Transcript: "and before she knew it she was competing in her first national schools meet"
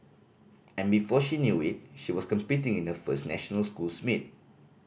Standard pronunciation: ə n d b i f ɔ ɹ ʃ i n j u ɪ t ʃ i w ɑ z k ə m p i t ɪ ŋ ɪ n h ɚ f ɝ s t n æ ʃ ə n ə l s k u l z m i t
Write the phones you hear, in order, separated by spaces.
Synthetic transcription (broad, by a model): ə n b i f ɔ ʃ i n j u ɪ t ʃ i w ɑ s k ə m p i t ɪ ŋ ɪ n h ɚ f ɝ s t n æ ʃ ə n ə l s k u l s m i t